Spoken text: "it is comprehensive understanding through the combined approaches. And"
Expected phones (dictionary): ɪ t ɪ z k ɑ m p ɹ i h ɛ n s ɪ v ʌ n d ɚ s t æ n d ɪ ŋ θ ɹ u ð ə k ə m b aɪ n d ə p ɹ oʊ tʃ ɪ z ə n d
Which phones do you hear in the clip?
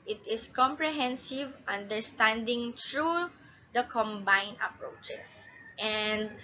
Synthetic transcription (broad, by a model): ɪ t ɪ s k ɑ m p ɹ i h ɛ n s ɪ v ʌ n d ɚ s t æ n d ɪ ŋ t ɹ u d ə k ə m b aɪ n ə p ɹ oʊ tʃ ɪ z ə n d